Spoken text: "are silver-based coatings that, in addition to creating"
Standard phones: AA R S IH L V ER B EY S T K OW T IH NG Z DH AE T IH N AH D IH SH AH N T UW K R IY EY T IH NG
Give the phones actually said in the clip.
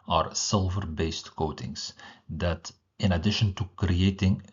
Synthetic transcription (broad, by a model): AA R S IH L V ER B EY S T K OW T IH NG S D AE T IH N AH D IH SH AH N T UW K R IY EY T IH NG